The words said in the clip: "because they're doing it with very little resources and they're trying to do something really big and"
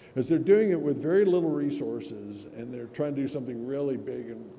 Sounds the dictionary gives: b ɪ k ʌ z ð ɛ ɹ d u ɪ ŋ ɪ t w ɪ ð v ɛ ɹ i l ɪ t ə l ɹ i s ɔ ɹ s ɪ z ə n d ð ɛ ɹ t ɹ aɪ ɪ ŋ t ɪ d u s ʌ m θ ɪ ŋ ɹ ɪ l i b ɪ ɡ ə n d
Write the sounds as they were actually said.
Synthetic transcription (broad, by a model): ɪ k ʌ z ð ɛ ɹ d u ɪ ŋ ɪ t w ɪ ð v ɛ ɹ i l ɪ t l ɹ i s ɔ ɹ s ɪ z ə n ð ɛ ɹ t ɹ aɪ ɪ ŋ t ɪ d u s ʌ m θ ɪ ŋ ɹ ɪ l i b ɪ ɡ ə n